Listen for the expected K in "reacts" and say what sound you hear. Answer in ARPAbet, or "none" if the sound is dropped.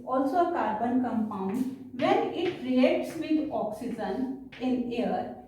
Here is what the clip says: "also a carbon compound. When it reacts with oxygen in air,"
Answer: none